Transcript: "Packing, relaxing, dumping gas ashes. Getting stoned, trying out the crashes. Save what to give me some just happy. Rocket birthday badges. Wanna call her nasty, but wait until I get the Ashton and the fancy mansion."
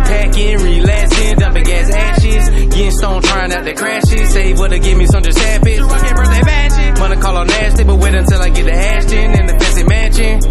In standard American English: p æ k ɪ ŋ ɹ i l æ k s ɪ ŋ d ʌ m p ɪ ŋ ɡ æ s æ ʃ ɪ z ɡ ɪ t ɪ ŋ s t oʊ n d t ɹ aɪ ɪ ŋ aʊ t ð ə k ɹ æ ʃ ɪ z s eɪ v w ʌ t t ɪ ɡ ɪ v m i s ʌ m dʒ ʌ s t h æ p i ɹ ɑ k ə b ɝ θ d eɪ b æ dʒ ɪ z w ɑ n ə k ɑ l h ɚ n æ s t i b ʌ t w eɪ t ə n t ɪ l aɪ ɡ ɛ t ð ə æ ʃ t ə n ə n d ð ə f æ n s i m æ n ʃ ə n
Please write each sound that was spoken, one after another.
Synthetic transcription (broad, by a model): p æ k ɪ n ɹ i l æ s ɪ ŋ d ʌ p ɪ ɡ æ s æ ʃ ɪ z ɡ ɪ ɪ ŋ s t oʊ n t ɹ aɪ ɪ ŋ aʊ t ð ə k ɹ æ ʃ ɪ z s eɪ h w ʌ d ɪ ɡ ɪ v m i s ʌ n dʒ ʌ s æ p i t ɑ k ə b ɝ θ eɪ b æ ʃ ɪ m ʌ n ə k ɑ l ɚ n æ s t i b ʌ t w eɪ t ə n t ɪ l aɪ ɡ ɛ t ð ə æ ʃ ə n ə n ð ə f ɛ s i m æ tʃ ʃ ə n